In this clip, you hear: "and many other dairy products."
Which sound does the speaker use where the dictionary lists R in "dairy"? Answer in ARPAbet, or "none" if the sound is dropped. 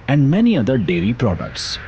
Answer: L